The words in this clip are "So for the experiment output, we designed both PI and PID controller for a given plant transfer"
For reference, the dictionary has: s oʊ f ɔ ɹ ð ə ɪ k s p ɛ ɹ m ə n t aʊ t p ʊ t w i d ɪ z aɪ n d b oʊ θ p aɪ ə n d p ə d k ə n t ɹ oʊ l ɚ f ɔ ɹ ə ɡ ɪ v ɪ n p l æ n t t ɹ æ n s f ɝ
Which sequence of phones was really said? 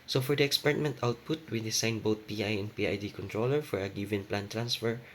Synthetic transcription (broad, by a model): s oʊ f ɔ ɹ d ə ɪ k s p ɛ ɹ m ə n t aʊ t p ʊ t w i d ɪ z aɪ n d b oʊ t p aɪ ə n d p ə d k ə n t ɹ oʊ l ɚ f ɔ ɹ ə ɡ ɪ v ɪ n p l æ n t t ɹ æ n s f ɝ